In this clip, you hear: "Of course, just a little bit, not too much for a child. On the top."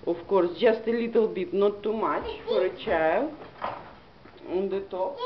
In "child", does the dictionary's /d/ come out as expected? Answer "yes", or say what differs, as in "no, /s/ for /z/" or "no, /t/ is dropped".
no, /d/ is dropped